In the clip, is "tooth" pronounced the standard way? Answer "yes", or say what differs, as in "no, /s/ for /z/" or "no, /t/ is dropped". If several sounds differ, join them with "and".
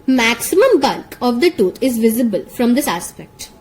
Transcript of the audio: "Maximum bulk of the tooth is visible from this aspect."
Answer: no, /t/ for /θ/